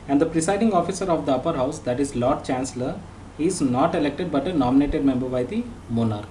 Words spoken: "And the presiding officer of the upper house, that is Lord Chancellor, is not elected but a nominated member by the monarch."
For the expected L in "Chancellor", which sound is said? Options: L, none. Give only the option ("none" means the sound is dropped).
L